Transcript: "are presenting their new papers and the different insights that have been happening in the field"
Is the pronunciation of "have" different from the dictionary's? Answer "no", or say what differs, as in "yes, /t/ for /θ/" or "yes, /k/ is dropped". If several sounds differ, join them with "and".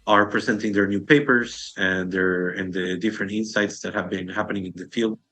no